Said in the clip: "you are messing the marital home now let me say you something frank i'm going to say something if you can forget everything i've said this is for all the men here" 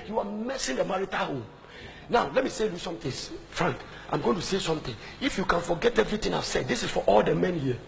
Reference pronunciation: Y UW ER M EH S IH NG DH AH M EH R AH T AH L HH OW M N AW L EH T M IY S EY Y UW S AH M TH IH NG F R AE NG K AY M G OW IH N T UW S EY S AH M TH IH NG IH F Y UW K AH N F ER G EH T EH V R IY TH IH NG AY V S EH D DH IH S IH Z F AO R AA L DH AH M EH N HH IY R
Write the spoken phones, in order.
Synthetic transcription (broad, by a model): Y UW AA M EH S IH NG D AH M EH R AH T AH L HH OW M N AW L EH T M IY S EY Y UW S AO M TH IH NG F R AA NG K AY M G OW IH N T UW S EY S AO M T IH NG IH F Y UW K AH N F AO G EH T EH V R IY T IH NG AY S EH D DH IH S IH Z F AO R AA L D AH M EH N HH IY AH